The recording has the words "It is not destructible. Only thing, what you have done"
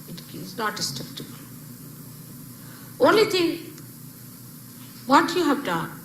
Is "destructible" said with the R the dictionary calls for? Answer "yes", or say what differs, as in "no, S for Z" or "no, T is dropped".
no, R is dropped